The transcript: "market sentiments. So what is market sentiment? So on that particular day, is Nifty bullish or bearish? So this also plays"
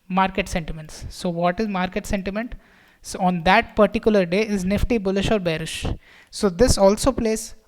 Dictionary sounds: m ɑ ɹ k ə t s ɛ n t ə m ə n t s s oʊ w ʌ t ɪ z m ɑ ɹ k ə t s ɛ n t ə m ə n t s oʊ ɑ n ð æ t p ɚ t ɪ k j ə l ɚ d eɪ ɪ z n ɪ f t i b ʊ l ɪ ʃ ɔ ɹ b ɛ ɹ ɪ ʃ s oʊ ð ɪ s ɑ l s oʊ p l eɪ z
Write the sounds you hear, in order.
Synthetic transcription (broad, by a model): m ɑ ɹ k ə t s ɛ n t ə m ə n t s s oʊ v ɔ t ɪ z m ɑ ɹ k ə t s ɛ n t ə m ə n t s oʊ ɑ n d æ t p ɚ t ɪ k j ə l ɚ d eɪ ɪ z n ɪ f t i b ʊ l ɪ ʃ ɔ ɹ b ɛ ɹ ɪ ʃ s oʊ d ɪ s ɑ l s oʊ p l eɪ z